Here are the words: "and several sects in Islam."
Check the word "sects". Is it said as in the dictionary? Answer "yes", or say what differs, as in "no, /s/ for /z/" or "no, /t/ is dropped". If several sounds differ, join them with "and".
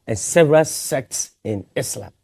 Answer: yes